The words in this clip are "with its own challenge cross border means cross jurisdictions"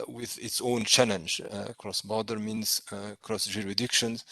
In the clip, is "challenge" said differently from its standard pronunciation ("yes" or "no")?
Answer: no